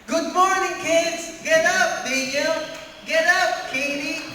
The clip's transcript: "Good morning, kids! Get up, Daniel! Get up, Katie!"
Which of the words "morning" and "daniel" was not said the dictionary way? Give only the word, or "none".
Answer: daniel